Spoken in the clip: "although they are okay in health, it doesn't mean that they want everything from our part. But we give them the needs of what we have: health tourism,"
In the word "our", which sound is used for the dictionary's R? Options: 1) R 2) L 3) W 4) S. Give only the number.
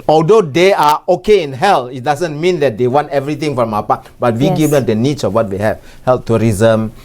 3